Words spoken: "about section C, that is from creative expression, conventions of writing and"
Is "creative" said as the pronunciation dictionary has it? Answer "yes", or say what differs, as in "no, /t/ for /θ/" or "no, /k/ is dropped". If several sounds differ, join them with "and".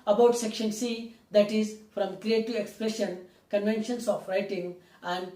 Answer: no, /v/ is dropped